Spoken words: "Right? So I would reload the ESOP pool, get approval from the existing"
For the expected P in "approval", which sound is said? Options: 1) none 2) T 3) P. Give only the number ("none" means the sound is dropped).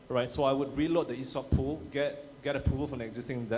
1